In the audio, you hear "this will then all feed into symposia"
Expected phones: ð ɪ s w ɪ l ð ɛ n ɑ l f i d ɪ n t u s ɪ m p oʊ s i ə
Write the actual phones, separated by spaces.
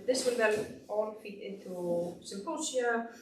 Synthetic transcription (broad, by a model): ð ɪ s w ɪ l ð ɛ l ɑ l f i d ɪ n t u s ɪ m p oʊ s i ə